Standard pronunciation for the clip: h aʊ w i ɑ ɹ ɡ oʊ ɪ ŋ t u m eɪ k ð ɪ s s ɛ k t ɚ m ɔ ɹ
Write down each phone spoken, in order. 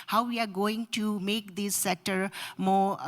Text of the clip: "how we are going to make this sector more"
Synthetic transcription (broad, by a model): h aʊ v i ɑ ɹ ɡ oʊ ɪ ŋ t u m eɪ k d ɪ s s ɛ t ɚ m ɔ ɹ